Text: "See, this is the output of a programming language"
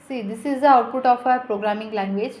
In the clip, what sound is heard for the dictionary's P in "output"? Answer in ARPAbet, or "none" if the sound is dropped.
P